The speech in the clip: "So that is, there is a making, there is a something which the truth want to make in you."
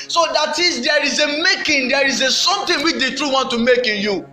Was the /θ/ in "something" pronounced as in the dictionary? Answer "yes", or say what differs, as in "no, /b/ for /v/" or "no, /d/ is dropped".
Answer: no, /t/ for /θ/